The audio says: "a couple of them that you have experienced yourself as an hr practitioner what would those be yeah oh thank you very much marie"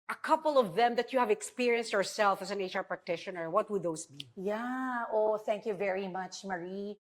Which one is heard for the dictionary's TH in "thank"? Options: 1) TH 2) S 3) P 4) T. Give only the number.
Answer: 1